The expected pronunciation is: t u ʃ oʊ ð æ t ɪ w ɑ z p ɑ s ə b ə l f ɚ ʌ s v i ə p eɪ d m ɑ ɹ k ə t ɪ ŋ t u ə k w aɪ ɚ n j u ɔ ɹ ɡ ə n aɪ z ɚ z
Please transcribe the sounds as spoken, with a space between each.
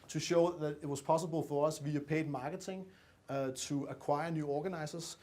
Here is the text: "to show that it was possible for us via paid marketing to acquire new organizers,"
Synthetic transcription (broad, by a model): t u ʃ oʊ ð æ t ɪ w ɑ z p ɑ s ə b ə l f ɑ ʌ s v i ə p eɪ d m ɑ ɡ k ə s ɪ ŋ s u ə k w aɪ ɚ n j u ɔ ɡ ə n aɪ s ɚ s